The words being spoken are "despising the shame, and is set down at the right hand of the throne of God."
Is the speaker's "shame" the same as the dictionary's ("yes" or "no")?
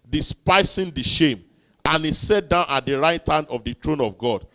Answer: yes